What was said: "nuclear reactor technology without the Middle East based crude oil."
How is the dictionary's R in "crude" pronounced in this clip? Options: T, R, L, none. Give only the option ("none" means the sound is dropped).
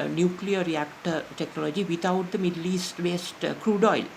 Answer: R